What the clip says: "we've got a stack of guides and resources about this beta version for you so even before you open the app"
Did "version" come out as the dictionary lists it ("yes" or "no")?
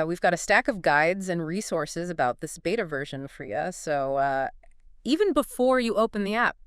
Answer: yes